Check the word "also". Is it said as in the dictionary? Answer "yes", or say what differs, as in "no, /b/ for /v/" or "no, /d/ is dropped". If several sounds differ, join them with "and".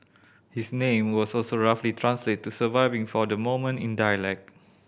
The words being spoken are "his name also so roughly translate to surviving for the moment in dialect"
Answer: no, /l/ is dropped